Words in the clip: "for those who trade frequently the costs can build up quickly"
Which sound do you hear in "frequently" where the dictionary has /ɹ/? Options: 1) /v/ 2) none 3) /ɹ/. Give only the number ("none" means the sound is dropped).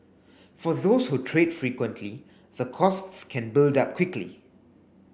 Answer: 3